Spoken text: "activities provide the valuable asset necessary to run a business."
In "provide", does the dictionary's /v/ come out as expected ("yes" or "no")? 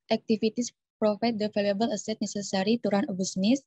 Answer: no